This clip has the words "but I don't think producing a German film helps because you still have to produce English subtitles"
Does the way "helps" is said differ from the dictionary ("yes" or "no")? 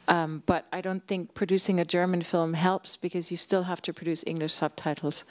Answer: no